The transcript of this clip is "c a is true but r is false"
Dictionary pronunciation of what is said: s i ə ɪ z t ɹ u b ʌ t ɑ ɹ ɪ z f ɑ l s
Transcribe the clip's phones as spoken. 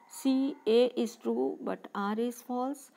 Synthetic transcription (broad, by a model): s i ə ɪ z t ɹ u b ʌ t ɑ ɹ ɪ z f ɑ l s